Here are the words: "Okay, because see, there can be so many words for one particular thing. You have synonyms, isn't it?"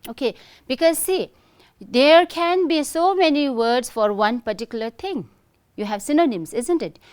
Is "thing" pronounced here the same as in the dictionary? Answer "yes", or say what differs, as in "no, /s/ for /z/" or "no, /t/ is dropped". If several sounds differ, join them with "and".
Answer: no, /t/ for /θ/